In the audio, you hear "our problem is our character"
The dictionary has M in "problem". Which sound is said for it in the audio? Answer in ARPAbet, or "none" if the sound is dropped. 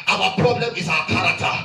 M